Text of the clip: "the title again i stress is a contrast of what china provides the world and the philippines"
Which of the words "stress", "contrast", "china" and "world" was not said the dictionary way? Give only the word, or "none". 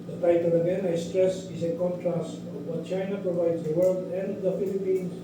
none